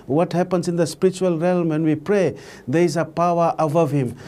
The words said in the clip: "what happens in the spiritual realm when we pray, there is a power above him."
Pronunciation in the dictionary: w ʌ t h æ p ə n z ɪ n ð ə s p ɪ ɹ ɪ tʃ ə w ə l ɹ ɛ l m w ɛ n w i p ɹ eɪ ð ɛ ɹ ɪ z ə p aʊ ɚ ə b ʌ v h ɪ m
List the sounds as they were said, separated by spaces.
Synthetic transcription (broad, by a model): w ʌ t h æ p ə n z ɪ n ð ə s p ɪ ɹ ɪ tʃ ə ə l ɹ ɛ l m w ɛ n w i p ɹ eɪ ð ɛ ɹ ɪ z ə p aʊ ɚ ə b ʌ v h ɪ m